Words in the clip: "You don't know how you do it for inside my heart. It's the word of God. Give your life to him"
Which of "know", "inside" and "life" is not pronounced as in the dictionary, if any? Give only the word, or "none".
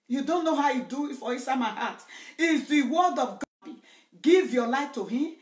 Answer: inside